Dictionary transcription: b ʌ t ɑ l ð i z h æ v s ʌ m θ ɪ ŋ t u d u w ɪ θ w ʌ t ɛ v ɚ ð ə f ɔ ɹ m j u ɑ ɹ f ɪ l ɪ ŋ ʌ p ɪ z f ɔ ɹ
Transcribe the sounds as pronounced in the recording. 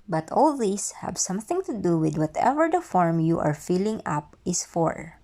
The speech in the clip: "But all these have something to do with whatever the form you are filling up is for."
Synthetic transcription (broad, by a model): b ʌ t ɑ l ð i s h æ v s ʌ m θ ɪ ŋ t u d u w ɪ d w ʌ t ɛ v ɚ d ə f ɔ ɹ m j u ɑ ɹ f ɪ l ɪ ŋ ʌ p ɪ s f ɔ ɹ